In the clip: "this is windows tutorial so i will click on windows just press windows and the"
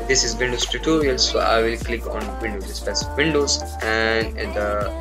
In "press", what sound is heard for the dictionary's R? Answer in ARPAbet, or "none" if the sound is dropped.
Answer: none